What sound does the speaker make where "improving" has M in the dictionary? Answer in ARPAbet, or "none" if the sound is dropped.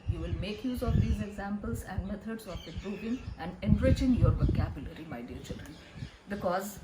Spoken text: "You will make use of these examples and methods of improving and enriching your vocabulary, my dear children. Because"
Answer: none